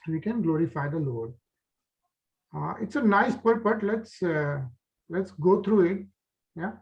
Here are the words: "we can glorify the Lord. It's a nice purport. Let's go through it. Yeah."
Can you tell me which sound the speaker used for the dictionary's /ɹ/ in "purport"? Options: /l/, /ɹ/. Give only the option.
/l/